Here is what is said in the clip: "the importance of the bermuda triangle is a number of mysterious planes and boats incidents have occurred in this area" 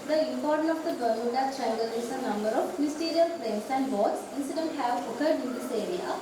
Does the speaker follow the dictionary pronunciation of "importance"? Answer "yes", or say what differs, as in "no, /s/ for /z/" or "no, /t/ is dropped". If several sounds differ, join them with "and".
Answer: no, /s/ is dropped